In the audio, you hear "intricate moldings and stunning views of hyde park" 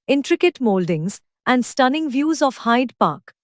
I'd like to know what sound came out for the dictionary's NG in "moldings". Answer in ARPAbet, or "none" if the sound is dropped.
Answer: NG